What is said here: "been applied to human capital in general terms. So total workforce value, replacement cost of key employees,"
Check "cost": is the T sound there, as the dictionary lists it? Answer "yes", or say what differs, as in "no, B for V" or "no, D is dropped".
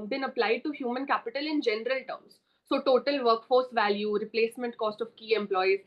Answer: yes